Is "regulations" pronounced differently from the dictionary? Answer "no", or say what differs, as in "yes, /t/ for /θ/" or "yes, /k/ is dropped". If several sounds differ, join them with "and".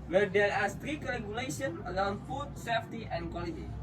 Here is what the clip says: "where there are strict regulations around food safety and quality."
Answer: yes, /z/ is dropped